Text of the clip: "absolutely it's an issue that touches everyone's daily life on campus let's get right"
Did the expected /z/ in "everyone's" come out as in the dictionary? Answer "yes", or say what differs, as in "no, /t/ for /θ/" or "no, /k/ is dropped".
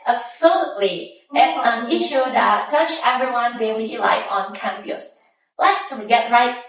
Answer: no, /z/ is dropped